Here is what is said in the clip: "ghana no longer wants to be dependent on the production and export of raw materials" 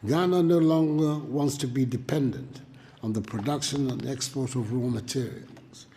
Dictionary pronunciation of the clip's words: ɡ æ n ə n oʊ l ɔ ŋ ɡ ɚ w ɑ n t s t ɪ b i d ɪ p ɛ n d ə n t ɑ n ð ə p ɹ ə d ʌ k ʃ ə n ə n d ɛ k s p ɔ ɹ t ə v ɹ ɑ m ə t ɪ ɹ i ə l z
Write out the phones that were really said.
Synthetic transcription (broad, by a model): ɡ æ n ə n oʊ l ɔ ŋ ɡ ɚ w ɑ n t s t ɪ b i d ɪ p ɛ n d ə n t n ð ə p ɹ ə d ʌ k ʃ ə n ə n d ɛ k s p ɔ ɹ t ə v ɹ ɑ m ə t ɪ ɹ i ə l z